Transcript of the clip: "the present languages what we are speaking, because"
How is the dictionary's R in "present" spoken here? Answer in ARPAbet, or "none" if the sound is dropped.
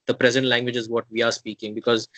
R